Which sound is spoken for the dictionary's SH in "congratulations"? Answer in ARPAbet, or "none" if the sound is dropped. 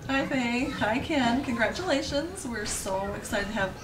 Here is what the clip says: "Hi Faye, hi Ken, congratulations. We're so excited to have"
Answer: SH